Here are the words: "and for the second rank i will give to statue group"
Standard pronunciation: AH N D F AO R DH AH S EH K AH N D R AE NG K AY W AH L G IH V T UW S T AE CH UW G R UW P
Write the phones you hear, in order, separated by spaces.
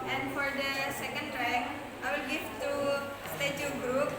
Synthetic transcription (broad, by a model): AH N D F AO R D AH S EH K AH N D R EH K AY W AH L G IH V T UW S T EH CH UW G R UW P